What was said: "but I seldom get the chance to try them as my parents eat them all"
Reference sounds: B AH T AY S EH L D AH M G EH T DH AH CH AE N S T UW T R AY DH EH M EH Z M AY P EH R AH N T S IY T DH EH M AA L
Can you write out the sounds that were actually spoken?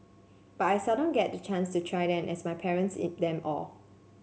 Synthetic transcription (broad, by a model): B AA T AY S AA D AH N G EH T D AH CH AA N S T UW T R AY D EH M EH S M AY P EH R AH N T S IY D EH M AA L